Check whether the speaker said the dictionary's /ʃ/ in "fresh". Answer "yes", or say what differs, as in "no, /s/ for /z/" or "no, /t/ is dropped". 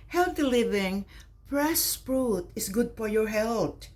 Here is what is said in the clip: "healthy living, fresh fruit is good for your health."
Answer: no, /s/ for /ʃ/